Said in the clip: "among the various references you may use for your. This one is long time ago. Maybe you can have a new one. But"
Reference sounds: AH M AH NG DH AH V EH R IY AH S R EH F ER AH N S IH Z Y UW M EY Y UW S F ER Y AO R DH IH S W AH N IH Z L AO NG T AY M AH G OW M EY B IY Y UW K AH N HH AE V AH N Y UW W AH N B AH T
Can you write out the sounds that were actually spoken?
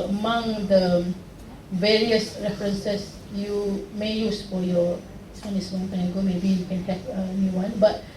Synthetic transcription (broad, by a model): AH M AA NG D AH V EH R IY AH S R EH F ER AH N S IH S Y UW M EY Y UW S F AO Y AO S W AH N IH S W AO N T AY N AH G OW M EY B IY Y UW K AH N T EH P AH N Y UW W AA N B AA T